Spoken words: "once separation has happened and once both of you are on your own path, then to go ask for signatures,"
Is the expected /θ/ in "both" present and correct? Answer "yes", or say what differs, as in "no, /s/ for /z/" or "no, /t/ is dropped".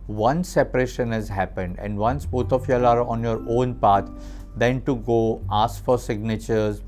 no, /t/ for /θ/